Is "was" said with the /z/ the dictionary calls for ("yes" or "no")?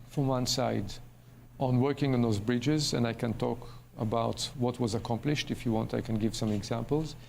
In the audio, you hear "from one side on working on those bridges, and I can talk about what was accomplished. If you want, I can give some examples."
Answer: yes